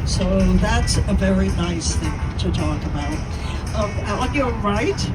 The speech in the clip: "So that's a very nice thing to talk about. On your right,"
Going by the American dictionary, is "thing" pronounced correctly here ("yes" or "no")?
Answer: yes